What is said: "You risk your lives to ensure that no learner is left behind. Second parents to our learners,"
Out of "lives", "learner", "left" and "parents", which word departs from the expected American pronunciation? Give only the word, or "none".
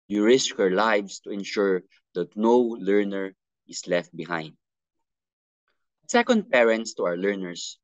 lives